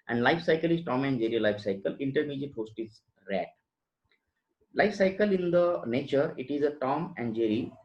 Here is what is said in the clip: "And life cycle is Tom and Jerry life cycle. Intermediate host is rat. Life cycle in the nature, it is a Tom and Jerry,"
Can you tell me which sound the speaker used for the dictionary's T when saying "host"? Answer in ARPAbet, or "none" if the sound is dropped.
T